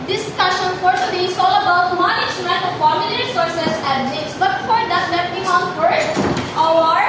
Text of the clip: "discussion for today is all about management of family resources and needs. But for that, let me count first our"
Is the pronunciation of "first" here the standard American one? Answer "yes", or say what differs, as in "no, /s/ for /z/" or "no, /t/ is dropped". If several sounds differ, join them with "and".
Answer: no, /s/ is dropped